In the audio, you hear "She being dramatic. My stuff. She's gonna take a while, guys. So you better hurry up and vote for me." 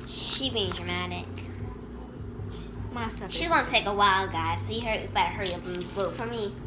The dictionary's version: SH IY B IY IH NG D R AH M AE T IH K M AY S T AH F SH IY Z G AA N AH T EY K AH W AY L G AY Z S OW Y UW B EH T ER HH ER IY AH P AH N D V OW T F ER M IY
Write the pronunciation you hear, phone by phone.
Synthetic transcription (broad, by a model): SH IY B IY IH NG D R AH M AE T IH K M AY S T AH SH IY Z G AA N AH T EY K AH W AY L G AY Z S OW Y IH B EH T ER HH ER IY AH B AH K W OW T F ER M IY